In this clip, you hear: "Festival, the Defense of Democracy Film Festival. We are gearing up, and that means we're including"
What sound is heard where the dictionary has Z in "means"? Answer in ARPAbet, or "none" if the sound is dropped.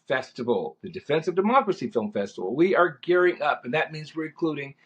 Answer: Z